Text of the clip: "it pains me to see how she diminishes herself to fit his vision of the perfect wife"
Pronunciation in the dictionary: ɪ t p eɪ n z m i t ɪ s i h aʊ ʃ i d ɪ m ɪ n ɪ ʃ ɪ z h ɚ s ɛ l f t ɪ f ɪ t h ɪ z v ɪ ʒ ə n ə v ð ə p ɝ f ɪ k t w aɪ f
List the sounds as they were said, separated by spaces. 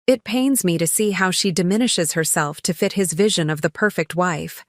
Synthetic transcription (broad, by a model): ɪ t p eɪ n z m i t ɪ s i h aʊ ʃ i d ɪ m ɪ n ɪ ʃ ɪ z h ɚ s ɛ l f t ɪ f ɪ t h ɪ z v ɪ ʒ ə n ə v ð ə p ɝ f ɪ k t w aɪ f